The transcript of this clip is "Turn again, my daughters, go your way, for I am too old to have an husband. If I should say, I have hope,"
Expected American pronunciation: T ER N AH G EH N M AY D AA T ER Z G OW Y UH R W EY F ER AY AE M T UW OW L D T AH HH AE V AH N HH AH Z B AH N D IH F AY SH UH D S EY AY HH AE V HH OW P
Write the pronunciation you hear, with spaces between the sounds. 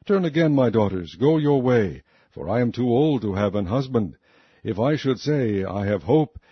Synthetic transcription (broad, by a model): T ER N AH G EH N M AY D AA T ER Z G OW Y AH R W EY F ER AY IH M T UW OW L D T AH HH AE V AH N HH AH Z B AH N D IH F AY SH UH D S EY AY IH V HH OW P